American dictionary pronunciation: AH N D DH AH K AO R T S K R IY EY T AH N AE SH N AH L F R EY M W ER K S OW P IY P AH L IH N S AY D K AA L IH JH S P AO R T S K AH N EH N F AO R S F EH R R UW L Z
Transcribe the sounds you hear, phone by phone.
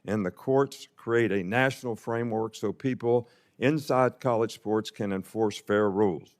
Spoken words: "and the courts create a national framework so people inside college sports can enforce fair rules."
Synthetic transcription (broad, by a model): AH N DH AH K AO R T S K R IY EY T AH N AE SH N L F R EY M W ER K S OW P IY P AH L IH N S AY D K AA L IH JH S P AO R T S K AH N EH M F AO R S F EH R R UW L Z